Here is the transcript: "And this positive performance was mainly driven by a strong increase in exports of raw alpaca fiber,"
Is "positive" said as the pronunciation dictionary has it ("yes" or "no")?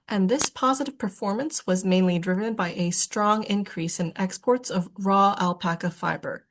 yes